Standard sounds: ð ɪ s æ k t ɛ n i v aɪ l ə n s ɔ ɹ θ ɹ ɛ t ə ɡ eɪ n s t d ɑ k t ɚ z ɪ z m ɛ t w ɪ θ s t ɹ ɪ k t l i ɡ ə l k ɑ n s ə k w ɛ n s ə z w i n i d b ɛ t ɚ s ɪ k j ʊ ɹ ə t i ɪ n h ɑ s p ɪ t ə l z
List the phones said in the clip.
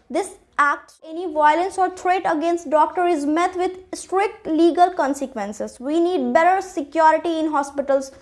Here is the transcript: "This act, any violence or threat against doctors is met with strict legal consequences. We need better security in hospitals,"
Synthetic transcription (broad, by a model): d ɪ s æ k t ɛ n i v aɪ l ə n s ɔ ɹ t ɹ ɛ t ə ɡ eɪ n s t d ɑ k t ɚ ɪ z m ɛ t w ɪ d s t ɹ ɪ k t l i ɡ ə l k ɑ n s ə k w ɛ n s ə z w i n i d b ɛ t ɚ s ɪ k j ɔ ɹ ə t i ɪ n h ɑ s p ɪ t ə l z